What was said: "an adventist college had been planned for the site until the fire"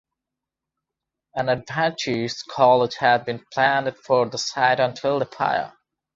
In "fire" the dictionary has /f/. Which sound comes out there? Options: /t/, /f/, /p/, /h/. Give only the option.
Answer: /p/